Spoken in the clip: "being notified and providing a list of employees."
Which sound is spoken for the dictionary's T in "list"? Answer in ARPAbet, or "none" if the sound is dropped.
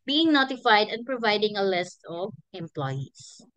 T